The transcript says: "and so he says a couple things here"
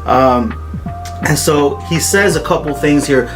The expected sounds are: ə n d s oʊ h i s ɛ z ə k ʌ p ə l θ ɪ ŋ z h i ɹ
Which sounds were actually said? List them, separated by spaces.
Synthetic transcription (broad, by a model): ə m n s oʊ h i s ɛ z ə k ʌ p l θ ɪ ŋ z h i ɹ